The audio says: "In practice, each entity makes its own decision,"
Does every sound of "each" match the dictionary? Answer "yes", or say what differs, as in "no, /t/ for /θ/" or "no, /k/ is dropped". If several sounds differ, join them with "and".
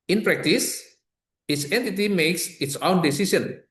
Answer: no, /s/ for /tʃ/